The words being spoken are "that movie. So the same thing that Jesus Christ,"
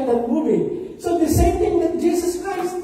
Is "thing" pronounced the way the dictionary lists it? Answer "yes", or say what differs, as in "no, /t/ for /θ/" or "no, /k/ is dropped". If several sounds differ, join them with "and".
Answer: no, /t/ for /θ/